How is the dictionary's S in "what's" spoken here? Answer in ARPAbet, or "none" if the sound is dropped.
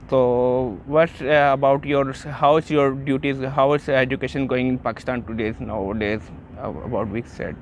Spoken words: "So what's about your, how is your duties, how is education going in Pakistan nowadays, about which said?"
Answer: none